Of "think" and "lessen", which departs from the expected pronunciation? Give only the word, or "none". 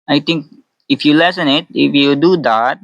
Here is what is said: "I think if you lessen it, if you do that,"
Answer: think